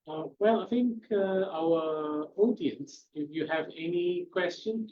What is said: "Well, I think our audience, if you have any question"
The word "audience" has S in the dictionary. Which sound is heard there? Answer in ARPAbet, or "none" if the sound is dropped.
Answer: S